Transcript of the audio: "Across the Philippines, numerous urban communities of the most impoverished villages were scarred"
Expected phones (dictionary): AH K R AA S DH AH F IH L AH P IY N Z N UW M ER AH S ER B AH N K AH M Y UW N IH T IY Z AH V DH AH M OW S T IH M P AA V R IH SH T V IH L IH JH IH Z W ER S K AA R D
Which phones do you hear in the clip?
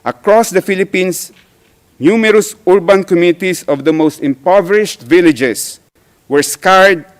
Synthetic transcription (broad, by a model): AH K R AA S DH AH F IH L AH P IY N S N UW M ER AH S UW B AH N K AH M Y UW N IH T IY S AH V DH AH M OW S T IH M P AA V R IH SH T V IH L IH JH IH S W ER S K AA R D